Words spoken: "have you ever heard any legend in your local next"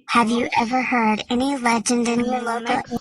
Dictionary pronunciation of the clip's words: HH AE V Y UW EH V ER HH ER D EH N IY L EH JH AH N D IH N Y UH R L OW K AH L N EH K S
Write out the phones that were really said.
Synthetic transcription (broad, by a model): HH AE V Y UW EH V ER HH ER D EH N IY L EH JH AH N D IH N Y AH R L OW AH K